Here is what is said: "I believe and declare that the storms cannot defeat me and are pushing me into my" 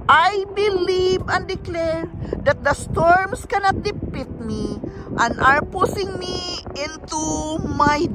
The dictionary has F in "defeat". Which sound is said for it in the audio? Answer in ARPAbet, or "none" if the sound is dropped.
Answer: P